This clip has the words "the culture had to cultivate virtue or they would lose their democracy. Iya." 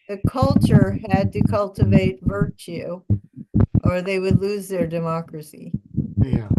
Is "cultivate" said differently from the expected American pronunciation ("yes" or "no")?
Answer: no